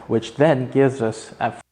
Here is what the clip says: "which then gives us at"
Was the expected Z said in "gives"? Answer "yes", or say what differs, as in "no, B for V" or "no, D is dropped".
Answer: yes